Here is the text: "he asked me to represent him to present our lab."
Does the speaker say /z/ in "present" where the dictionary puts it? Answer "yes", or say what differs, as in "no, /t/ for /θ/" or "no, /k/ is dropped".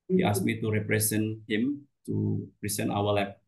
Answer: no, /s/ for /z/